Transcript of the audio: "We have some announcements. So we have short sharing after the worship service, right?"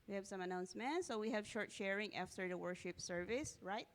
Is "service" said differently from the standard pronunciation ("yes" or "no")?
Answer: no